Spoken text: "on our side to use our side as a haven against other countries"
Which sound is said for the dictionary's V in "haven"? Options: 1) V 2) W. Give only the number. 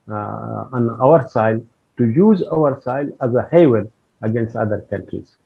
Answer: 2